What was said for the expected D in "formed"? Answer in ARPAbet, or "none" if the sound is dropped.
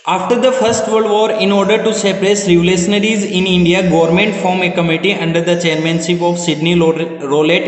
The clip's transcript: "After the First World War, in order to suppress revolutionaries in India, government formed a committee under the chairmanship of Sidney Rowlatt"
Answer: none